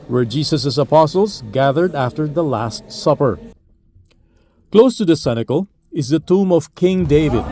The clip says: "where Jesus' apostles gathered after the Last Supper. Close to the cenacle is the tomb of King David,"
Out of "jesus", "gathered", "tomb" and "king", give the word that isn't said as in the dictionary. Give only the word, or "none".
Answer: jesus